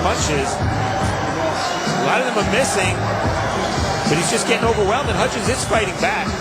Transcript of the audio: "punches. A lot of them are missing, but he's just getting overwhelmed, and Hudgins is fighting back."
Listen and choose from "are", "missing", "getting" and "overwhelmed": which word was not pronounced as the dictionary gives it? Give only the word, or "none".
overwhelmed